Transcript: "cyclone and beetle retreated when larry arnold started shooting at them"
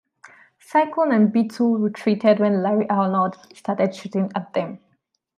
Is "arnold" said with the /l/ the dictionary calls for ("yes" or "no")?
no